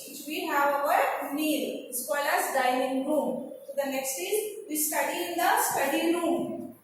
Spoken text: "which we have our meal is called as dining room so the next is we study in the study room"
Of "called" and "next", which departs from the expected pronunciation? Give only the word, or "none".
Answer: called